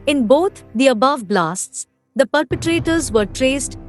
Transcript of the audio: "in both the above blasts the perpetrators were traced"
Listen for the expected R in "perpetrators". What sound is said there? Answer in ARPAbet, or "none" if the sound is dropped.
R